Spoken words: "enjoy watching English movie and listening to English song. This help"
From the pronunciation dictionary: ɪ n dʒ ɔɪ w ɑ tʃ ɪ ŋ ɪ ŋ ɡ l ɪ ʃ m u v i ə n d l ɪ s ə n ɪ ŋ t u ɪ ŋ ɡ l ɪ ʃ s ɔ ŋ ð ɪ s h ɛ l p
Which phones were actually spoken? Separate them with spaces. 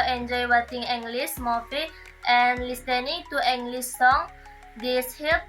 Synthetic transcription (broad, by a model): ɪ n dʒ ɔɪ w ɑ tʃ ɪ ŋ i ŋ ɡ l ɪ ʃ m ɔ f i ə n l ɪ s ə n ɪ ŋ t u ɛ ŋ ɡ l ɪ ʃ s ɔ ŋ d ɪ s h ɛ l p